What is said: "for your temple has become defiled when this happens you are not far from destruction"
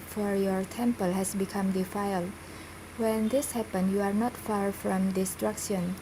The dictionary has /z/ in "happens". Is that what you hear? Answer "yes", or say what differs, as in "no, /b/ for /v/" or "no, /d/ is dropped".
no, /z/ is dropped